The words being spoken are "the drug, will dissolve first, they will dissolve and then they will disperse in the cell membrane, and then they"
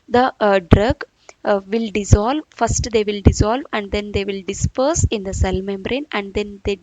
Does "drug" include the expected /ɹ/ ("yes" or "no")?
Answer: yes